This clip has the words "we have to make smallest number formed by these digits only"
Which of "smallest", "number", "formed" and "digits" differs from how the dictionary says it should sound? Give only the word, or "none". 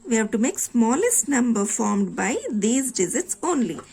digits